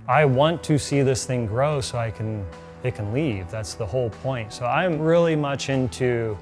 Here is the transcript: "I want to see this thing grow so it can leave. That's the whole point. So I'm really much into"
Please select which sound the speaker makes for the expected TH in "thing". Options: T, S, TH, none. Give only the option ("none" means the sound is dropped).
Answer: TH